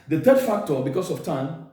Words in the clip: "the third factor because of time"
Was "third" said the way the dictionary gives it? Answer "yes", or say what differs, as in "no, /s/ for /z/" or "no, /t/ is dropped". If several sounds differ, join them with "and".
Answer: no, /t/ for /θ/